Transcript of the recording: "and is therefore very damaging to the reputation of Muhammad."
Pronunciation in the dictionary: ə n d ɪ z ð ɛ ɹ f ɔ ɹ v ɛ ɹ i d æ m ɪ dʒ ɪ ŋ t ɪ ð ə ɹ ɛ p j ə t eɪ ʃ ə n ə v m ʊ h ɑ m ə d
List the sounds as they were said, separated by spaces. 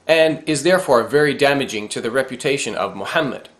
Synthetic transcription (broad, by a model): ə n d ɪ z ð ɛ ɹ f ɔ ɹ v ɛ ɹ i d æ m ɪ dʒ ɪ ŋ t ɪ ð ə ɹ ɛ p j ə t eɪ ʃ ə n ə v m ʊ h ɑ m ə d